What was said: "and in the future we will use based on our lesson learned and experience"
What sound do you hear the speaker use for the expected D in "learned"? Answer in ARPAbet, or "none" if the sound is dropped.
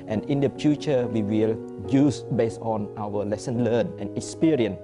none